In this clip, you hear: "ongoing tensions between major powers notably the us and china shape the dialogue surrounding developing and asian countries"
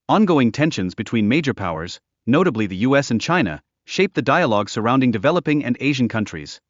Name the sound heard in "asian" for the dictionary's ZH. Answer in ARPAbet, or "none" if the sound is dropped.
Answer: ZH